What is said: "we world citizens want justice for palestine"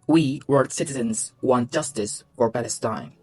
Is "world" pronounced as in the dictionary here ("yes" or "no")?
no